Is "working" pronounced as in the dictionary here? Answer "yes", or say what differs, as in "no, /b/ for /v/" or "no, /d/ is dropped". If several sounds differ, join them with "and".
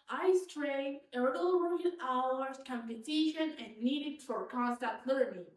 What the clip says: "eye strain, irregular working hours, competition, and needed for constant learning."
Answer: no, /k/ is dropped